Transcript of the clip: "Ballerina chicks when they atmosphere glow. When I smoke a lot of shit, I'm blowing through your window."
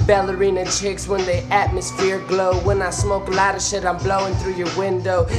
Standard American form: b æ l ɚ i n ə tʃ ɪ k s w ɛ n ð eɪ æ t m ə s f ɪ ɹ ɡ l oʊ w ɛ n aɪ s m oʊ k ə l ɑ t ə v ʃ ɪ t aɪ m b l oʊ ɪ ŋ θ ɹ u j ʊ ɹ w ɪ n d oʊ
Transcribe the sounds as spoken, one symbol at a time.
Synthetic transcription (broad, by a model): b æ l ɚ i n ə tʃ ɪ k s w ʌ n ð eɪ æ t m ə s f ɪ ɹ ɡ l oʊ w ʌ n aɪ s m oʊ k l ɑ t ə ʃ ɪ t aɪ m b l oʊ ɪ ŋ θ ɹ u j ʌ ɹ w ɪ n d oʊ